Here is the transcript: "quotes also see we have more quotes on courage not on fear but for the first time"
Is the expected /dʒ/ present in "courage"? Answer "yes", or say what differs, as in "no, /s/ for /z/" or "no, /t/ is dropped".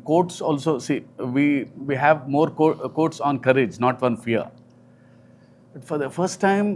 yes